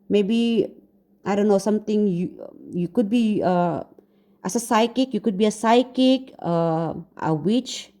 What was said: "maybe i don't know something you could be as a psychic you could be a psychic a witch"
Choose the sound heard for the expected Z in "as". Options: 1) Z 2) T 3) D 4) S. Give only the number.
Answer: 4